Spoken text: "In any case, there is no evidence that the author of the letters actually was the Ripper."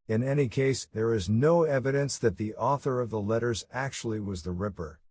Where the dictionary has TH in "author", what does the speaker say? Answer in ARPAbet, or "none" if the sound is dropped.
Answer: TH